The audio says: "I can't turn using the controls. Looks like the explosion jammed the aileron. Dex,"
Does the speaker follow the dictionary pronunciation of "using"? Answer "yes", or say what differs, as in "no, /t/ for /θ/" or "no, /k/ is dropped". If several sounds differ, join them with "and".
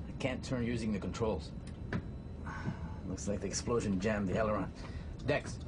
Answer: yes